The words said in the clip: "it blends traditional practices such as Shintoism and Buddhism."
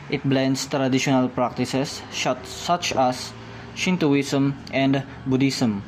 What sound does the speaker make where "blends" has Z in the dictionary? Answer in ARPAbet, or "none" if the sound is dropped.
S